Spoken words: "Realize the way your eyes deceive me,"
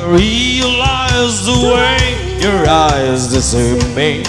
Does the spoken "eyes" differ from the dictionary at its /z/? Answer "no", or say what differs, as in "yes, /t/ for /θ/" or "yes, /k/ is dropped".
no